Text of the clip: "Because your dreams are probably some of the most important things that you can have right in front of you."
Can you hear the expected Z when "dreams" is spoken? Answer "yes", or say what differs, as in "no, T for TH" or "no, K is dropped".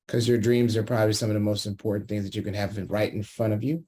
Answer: yes